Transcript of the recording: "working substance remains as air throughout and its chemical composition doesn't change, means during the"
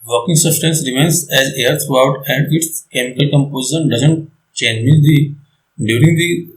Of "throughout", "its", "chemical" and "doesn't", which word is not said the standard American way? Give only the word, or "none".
throughout